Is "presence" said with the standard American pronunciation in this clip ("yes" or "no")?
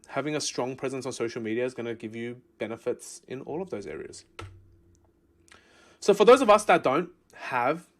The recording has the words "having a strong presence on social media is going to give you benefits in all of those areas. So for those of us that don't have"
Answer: yes